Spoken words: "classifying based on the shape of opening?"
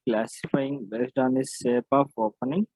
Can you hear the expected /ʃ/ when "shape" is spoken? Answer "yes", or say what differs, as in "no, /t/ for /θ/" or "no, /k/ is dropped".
no, /s/ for /ʃ/